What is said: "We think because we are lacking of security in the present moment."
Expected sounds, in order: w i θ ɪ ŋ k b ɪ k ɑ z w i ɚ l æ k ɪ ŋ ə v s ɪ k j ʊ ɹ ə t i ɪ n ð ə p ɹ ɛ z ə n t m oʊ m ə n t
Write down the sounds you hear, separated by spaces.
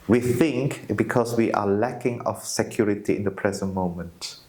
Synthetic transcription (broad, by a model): w i θ ɪ ŋ k b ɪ k ɑ s w i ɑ l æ k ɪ ŋ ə f s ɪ k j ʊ ɹ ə t i ɪ n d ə p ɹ ɛ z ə n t m oʊ m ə n t